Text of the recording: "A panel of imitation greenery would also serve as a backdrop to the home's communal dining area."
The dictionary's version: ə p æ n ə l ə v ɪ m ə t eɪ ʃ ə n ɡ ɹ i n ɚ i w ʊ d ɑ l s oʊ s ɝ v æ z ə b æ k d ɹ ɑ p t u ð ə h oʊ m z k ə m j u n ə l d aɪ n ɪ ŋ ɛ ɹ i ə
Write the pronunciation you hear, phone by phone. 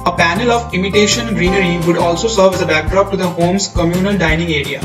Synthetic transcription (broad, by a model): ə p æ n ə l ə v ɪ m ə t eɪ ʃ ə n ɡ ɹ i n ɚ i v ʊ d ɑ l s oʊ s ɝ v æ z ə b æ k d ɹ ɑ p t u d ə h oʊ m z k ə m j u n ə l d aɪ n ɪ ŋ ɛ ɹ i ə